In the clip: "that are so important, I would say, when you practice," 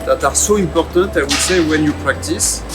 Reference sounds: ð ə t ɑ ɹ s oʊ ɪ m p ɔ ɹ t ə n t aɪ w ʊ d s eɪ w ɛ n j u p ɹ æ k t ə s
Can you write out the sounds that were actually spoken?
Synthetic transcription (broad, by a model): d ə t ɑ ɹ s oʊ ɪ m p ɔ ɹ t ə t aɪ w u s eɪ w ɛ n j u p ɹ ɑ k t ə s